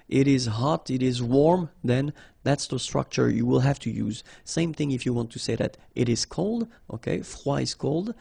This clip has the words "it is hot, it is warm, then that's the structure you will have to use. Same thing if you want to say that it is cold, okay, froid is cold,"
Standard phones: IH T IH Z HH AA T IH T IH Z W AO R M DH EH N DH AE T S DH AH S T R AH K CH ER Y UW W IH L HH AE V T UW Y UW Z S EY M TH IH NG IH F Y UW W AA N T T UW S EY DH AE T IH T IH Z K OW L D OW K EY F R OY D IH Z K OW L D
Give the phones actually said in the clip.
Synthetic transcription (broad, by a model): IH T IH Z HH AA T IH T IH Z W AO R M DH EH N DH AE T S DH AH S T R AH K CH ER Y UW W IH L HH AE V T UW Y UW Z S EY M TH IH NG IH F Y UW W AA N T T UW S EY DH AE T IH T IH Z K OW L D OW K EY F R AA IH Z K OW L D